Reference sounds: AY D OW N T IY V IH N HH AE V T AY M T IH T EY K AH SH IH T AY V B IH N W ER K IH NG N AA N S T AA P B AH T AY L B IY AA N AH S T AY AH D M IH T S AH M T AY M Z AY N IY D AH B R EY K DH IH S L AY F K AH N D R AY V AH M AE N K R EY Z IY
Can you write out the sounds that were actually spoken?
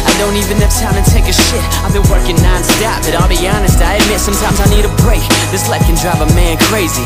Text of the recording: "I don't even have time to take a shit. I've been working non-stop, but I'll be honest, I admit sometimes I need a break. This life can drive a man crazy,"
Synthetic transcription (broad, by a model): AY D OW N T IY V IH N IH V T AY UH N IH T EY K AH SH IH T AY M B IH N W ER K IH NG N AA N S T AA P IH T AY L B IY AA N AH S T AY AH D M IH T S AH M T AY M Z AY N IY D AH B R EY K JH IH S L AY K AH N D R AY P AH M AE N K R EY Z IY